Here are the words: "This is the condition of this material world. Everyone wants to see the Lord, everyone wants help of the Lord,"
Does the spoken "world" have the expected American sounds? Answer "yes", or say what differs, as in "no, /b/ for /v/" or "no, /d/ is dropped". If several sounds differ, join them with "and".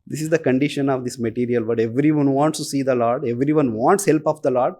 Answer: no, /l/ is dropped